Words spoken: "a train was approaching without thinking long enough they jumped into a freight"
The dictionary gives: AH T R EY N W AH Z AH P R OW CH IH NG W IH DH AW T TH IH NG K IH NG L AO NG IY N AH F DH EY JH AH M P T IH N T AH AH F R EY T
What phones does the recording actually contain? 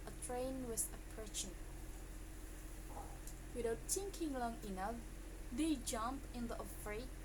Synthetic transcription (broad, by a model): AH T R EY N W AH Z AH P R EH SH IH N W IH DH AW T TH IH NG K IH NG L AO NG IY N AH F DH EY JH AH M P IH N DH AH AH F R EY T